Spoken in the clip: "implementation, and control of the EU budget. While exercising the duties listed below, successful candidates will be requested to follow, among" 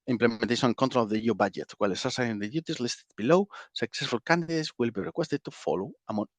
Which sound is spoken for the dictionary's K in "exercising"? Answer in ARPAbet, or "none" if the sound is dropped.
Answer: none